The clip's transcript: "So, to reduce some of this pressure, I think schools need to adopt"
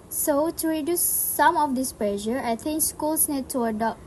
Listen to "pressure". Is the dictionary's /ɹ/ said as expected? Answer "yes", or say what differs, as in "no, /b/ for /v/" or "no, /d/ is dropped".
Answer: no, /l/ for /ɹ/